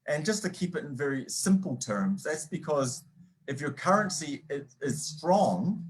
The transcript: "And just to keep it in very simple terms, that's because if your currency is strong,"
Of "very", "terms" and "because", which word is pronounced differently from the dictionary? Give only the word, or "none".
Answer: none